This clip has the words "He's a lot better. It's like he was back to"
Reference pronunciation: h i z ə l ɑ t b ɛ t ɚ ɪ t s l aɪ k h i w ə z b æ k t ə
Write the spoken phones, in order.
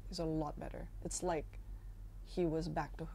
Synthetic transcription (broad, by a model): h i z ə l ɑ t b ɛ t ɚ ɪ t s l aɪ k h i w ə z b æ k t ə